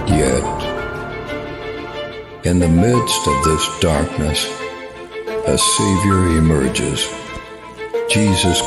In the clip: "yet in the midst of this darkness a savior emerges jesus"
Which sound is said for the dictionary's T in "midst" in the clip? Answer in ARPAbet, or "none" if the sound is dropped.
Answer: T